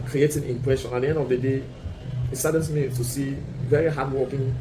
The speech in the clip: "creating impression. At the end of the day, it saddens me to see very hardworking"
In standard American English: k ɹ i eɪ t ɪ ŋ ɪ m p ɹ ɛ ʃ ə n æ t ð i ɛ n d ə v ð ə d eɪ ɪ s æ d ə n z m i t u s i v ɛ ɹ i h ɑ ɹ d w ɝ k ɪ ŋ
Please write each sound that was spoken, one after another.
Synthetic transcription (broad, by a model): k ɹ i eɪ t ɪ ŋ ɪ m p ɹ ɛ ʃ ə n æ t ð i ɛ n d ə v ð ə d eɪ ɪ s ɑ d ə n s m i t u s i v ɛ ɹ i h ɑ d w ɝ k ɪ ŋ